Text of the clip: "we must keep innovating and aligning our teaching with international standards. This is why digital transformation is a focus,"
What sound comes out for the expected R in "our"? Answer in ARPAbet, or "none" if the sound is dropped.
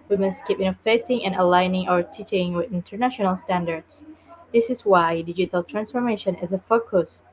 R